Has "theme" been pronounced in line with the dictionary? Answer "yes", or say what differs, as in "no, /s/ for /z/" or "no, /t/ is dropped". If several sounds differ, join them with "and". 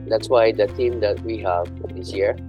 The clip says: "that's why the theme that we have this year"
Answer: no, /t/ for /θ/